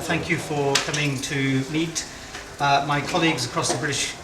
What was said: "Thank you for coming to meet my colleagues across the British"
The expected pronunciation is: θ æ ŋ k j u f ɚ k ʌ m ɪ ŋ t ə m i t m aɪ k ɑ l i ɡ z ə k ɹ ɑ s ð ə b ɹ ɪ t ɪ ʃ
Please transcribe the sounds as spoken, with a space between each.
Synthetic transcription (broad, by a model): θ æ ŋ k j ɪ f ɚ k ʌ m ɪ ŋ t ə m i t m aɪ k ɑ l i ɡ z ə k ɹ ɑ s ð ə b ɹ ɪ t ɪ ʃ